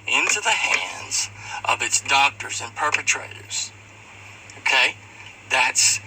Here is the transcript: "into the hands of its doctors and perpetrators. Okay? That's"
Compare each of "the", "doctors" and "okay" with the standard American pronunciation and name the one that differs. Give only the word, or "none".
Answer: none